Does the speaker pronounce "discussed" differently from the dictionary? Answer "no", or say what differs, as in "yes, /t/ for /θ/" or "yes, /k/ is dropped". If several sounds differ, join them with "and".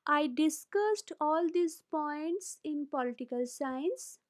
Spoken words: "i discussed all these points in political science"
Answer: no